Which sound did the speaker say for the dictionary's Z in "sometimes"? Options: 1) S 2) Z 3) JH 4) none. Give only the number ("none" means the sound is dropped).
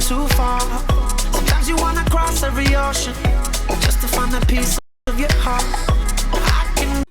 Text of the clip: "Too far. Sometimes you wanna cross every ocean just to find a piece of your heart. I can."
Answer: 2